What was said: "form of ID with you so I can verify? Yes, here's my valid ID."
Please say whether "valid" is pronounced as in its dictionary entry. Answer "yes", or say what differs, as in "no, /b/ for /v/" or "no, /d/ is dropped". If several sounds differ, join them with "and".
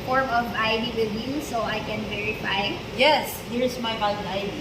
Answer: no, /b/ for /v/ and /d/ is dropped